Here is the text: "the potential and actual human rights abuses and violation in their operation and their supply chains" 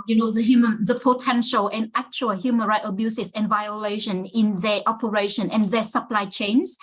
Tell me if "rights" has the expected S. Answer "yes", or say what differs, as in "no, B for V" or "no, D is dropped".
no, S is dropped